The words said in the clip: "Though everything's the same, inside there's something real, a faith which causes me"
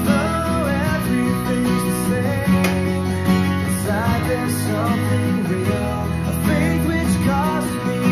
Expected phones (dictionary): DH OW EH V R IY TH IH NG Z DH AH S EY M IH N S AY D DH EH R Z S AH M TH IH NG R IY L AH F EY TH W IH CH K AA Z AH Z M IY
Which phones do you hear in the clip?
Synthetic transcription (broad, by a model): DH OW EH V R IY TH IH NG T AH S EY IH S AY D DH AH R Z S AH M TH IH NG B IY N AH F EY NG W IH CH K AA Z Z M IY